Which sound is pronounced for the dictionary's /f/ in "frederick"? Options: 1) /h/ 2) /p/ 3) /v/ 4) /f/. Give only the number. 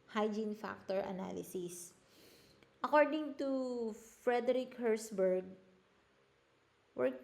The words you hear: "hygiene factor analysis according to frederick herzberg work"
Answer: 4